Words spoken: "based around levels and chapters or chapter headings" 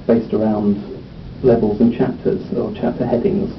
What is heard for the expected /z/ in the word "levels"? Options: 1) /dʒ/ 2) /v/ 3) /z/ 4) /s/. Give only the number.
3